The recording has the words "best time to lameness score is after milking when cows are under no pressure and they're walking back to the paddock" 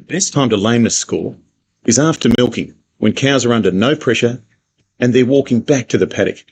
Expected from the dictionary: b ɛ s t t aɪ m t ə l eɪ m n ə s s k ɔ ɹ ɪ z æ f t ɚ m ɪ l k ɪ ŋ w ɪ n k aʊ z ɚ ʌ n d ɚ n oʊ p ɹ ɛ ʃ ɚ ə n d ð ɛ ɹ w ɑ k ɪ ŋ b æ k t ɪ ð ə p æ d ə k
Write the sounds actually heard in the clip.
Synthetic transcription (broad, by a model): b ɛ s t t aɪ m t ə l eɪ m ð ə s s k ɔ l ɪ z æ f t ɚ m ɪ l k ɪ ŋ w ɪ n k aʊ z ɚ ʌ n d ɚ n oʊ p ɹ ɛ ʃ ɚ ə n ð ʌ ɹ w ɑ k ɪ ŋ b æ k t ɪ ð ə p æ d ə k